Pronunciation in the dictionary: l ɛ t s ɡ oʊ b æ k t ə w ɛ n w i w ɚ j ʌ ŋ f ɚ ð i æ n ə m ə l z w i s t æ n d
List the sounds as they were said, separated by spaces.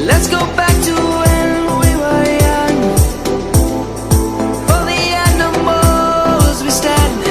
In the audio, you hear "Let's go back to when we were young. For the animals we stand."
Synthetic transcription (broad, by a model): l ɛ t s ɡ oʊ b æ k t ə w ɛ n w i w ɚ j ʌ ŋ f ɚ ð i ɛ n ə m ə z w i s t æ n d